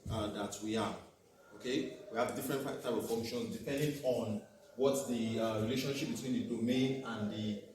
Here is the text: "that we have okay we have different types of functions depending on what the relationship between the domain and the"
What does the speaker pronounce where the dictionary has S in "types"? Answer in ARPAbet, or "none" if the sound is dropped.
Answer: none